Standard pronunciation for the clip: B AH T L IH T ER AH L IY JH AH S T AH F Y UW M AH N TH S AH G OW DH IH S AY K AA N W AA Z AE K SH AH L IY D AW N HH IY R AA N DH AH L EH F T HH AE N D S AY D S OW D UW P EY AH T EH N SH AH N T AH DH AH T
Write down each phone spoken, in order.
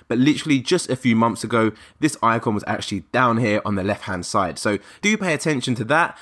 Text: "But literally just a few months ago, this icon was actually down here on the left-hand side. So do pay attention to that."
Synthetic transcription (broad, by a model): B AH T L IH T ER AH L IY JH AH S T AH F Y UW M AH N TH S AH G OW DH IH S AY K AA N W AA Z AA K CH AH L IY D AW N HH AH R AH N DH AH L EH F T HH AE N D S AY D S OW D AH P EY AH T EH N SH AH N T AH DH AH T